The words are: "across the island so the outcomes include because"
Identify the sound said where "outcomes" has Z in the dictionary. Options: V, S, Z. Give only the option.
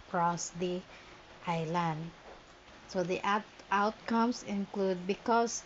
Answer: S